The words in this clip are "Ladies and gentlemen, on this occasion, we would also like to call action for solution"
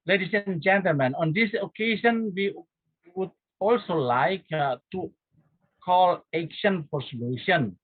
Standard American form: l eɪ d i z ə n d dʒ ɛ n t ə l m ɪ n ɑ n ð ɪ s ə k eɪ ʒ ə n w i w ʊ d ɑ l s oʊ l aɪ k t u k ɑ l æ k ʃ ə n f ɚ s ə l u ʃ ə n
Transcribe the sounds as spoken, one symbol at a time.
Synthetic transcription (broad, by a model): l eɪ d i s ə n dʒ ɛ n t ə l m ɪ n ɑ n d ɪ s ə k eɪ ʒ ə n w i w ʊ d ɑ l s oʊ l aɪ k t u k ɑ l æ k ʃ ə n p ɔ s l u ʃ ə n